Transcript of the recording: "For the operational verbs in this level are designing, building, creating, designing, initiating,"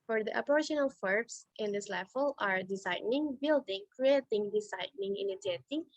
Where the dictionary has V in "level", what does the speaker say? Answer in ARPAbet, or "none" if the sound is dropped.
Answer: F